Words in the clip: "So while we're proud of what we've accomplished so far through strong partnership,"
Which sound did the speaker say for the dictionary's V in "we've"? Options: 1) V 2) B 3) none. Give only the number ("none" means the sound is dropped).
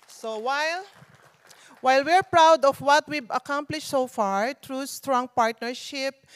2